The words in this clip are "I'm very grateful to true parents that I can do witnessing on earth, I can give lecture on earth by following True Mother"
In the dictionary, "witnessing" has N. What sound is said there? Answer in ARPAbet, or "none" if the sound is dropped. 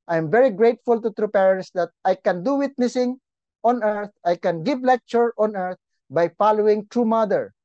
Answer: N